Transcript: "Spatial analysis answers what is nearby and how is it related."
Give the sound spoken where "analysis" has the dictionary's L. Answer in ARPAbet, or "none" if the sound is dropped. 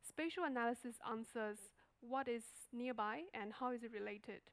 L